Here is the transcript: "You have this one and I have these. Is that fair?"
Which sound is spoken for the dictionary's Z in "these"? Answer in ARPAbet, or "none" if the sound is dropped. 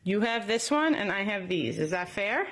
Z